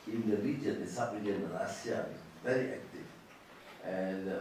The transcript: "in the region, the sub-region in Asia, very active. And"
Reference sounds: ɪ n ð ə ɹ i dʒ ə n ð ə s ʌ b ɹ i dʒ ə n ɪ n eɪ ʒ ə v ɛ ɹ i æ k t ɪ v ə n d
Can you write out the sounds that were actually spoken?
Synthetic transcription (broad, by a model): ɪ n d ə ɹ i dʒ ə n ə s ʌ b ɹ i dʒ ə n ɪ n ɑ s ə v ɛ ɹ i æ k t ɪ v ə n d